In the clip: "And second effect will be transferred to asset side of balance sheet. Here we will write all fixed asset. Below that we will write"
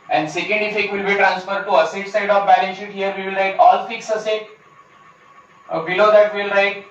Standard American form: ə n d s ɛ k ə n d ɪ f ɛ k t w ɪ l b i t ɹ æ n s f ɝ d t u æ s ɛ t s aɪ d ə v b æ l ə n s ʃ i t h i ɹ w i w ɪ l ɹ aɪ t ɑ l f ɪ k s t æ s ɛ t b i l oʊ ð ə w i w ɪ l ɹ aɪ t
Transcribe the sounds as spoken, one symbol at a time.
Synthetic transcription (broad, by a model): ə n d s ɛ k ə n d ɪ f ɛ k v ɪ l b i t ɹ æ n s f ɝ d t u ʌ s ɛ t s aɪ d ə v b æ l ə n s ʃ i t h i ɹ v i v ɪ l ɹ aɪ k ɑ l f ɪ k s ʌ s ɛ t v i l oʊ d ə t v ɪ l ɹ aɪ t